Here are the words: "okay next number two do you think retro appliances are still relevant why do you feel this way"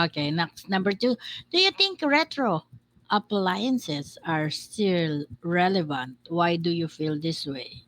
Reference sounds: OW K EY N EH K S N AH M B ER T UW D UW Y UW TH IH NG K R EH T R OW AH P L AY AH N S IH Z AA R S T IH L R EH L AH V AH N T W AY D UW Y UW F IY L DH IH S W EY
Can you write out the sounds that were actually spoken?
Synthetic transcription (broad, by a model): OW K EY N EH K S N AH M B ER T UW D UW Y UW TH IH NG K R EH T R OW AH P L AY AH N S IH S AA R S T IH L R EH L AH V AH N T W AY D UW Y UW F IY L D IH S W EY